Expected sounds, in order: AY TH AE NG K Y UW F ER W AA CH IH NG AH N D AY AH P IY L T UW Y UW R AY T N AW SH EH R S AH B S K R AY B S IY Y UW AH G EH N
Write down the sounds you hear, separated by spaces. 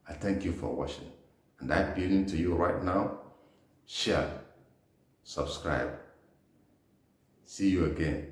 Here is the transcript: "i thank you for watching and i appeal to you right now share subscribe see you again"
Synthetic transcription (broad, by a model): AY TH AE NG K Y UW F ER W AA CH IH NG AH N D AY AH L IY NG T UW Y UW R AY T N AW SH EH L S AH B S K R AY B S IY Y UW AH G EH N